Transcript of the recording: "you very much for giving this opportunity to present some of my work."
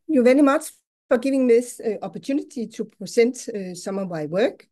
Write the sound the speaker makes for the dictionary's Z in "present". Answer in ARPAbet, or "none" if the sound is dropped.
S